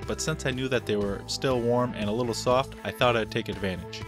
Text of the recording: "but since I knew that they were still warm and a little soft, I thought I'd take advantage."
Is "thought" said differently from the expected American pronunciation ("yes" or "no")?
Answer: no